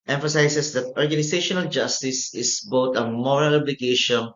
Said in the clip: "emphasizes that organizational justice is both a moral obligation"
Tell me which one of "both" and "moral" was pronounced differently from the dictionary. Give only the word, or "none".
both